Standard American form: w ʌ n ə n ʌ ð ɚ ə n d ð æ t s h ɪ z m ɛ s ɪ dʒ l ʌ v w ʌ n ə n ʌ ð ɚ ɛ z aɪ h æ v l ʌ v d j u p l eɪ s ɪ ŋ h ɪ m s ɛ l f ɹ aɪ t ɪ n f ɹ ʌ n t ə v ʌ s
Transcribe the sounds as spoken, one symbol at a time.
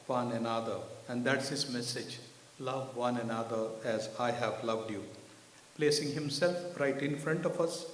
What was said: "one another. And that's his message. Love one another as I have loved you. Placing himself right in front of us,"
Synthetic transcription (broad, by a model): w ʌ n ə n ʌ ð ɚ ə n d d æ t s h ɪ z m ɛ s ɪ dʒ l ʌ v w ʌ n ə n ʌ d ɚ ɛ z aɪ h æ v l ʌ v d j u p l eɪ s ɪ ŋ h ɪ m s ɛ l f ɹ aɪ t ɪ n f ɹ ʌ n t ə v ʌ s